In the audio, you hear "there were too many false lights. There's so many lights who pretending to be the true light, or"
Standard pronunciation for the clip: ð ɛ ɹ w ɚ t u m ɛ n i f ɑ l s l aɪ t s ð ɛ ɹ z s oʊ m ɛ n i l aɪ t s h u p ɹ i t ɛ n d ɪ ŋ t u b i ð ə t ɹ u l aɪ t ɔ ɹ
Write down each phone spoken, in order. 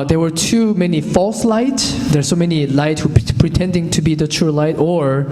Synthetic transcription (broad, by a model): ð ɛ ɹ w ɚ t u m ɛ n i f ɑ l s l aɪ t s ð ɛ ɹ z s oʊ m ɛ n i l aɪ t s h u p ɹ i t ɛ n d ɪ ŋ t u b i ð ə t ɹ u l aɪ t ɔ ɹ